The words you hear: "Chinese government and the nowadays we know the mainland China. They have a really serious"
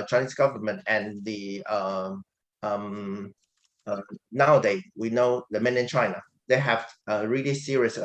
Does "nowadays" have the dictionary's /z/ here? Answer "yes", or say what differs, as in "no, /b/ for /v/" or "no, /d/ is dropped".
no, /z/ is dropped